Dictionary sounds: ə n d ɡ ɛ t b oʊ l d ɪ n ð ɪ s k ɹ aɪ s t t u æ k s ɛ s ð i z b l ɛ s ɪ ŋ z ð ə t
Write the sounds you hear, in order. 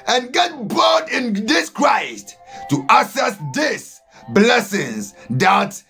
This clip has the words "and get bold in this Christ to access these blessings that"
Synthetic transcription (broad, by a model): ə n ɡ ɛ t b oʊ d ɪ n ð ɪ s k ɹ aɪ s t t u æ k s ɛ s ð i s b l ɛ s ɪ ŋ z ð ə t